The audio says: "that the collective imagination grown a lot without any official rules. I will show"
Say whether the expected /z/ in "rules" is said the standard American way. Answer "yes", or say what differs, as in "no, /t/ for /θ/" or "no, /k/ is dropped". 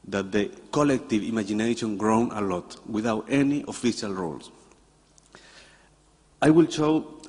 no, /s/ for /z/